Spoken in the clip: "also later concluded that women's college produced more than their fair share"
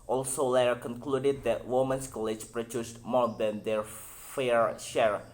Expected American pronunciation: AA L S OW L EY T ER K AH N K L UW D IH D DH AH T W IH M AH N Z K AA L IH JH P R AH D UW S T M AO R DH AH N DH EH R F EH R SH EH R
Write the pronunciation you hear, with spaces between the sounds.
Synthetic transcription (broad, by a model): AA L S OW L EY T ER K AH N K L UW D IH D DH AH T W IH M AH N S K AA L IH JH P R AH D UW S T M AO R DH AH N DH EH R F EH R SH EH R